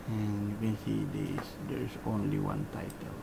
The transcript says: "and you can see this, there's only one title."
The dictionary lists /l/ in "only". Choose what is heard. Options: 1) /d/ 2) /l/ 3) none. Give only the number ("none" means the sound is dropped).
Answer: 2